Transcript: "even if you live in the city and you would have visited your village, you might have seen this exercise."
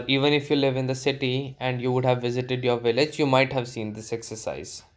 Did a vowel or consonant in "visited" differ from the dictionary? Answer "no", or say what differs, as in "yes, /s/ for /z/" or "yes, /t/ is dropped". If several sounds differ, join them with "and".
no